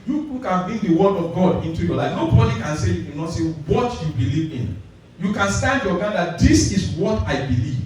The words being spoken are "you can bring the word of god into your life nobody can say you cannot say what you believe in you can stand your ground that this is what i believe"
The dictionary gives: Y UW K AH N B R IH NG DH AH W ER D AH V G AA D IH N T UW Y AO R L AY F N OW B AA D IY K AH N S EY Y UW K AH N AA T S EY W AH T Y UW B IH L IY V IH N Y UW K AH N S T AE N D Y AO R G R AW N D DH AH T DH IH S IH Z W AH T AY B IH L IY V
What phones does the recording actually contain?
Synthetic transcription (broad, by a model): Y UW K AH N B R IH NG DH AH W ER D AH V G AA D IH N T UW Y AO L AY F N OW B AA D IY K AH N S EY Y UW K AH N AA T S EY W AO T Y UW B IH L IY V IH N Y UW K AH N S T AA N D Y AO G AW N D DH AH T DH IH S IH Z W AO T AY B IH L IY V